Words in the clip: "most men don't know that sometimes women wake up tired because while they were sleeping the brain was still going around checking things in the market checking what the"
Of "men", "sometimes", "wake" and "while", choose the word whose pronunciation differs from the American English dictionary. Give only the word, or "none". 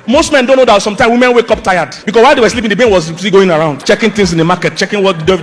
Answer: sometimes